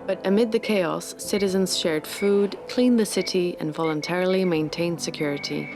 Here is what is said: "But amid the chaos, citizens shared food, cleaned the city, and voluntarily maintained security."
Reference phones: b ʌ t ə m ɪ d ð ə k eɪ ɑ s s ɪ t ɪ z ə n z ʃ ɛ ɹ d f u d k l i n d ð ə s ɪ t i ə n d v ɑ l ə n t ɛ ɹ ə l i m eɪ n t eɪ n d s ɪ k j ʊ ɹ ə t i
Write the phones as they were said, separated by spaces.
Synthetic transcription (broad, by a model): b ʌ t ə m ɪ d ð ə k eɪ ɑ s s ɪ t ɪ z ə n z ʃ ɛ ɹ d f u d k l i n ð ə s ɪ t i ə n v ɑ l ə n t ɛ ɹ ə l i m eɪ n t eɪ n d s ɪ k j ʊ ɹ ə t i